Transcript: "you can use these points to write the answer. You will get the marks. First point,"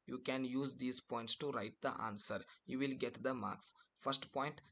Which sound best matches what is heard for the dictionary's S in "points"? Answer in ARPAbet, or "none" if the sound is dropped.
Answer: S